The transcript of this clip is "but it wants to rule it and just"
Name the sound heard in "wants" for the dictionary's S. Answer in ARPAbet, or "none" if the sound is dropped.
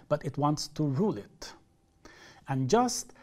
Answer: S